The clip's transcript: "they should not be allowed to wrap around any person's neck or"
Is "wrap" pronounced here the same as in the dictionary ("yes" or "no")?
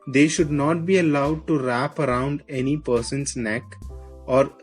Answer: yes